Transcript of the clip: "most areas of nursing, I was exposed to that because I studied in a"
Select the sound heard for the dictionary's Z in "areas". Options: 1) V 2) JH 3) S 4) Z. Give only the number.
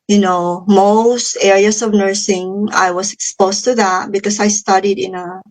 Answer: 3